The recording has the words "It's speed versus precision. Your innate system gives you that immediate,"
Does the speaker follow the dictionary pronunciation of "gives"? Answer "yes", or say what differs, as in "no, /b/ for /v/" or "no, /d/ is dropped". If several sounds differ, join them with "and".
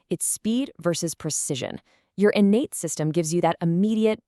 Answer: yes